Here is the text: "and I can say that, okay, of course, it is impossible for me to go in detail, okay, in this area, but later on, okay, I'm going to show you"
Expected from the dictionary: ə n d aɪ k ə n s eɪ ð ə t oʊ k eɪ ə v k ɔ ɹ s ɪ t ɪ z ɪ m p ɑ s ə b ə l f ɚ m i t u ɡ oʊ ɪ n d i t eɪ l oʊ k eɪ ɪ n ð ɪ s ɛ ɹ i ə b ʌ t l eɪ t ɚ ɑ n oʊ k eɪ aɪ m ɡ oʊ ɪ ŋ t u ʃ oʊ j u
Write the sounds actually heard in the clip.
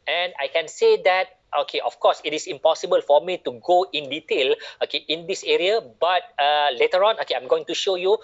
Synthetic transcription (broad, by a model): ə n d aɪ k ə n s eɪ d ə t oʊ k eɪ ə f k ɔ s ɪ t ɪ s ɪ m p ɑ s ə b ə l f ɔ m i t u ɡ oʊ ɪ n d i t eɪ l oʊ k eɪ ɪ n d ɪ s ɛ ɹ i ə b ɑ t l eɪ t ɚ ɑ n oʊ k eɪ aɪ m ɡ oʊ ɪ ŋ t u ʃ oʊ j u